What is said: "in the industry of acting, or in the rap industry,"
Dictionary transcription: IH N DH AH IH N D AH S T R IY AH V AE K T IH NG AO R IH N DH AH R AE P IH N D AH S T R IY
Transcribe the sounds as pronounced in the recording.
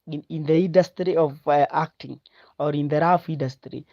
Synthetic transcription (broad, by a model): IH N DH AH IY N D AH S T R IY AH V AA K T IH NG AO R IH N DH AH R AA F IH N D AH S T R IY